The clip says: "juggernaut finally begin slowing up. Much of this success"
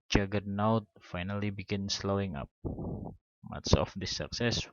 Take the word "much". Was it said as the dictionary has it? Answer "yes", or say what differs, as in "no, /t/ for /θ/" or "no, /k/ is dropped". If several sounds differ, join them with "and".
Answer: no, /s/ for /tʃ/